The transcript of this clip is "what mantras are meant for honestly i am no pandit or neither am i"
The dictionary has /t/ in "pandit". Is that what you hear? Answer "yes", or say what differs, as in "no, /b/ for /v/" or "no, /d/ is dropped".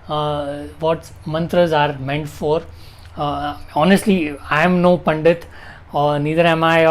yes